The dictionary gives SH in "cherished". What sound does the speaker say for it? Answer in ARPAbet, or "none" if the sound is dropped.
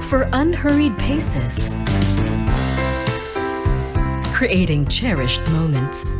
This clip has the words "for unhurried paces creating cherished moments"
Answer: SH